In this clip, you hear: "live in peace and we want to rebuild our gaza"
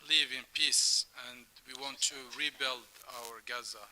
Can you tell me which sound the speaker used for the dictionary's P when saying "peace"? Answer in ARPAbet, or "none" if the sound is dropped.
P